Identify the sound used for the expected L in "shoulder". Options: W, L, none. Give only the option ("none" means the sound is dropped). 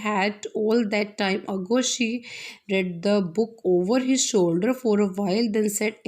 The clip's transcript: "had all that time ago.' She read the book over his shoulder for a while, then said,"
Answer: L